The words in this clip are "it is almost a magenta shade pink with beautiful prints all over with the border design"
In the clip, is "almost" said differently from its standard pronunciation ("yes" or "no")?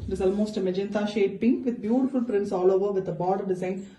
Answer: no